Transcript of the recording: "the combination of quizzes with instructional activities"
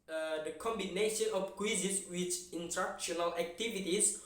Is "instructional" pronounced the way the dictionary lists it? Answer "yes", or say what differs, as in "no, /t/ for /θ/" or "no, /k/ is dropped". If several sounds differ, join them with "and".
no, /s/ is dropped